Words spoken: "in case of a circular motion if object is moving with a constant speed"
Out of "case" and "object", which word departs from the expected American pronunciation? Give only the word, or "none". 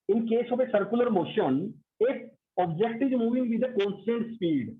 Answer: none